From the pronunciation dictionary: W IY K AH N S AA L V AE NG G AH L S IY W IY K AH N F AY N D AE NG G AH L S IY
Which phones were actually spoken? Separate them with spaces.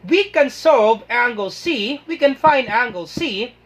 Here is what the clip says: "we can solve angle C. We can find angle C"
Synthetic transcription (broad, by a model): W IY K AH N S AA V AE NG G AH L S IY W IY K AH N F AY N D AE NG G AH L S IY